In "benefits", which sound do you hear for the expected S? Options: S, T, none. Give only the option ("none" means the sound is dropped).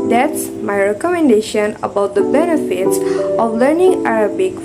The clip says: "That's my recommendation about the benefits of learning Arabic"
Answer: S